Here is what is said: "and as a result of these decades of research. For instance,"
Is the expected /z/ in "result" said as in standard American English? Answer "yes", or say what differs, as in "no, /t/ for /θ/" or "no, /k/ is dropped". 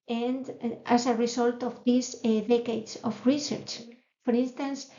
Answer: no, /s/ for /z/